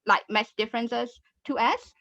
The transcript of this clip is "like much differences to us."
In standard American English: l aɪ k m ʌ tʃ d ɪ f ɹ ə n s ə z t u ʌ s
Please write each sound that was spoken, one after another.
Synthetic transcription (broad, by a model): l aɪ k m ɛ s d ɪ f ɹ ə n s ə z t u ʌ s